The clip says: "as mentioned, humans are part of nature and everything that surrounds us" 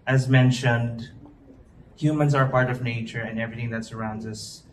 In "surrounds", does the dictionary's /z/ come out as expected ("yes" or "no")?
yes